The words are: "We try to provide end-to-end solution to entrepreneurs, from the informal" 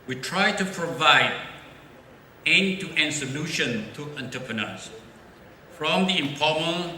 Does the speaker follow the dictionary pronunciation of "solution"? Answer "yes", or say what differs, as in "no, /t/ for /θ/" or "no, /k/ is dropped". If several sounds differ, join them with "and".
yes